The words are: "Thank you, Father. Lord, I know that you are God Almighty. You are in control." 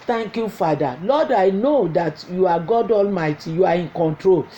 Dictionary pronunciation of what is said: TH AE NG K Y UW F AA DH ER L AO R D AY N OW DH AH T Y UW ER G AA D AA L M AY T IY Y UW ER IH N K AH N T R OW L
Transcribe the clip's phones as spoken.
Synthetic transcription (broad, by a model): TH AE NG K Y UW F AA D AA L AO D AY N OW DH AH T Y UW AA G AA D AA L M AY T IY Y UW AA IH N K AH N T R OW L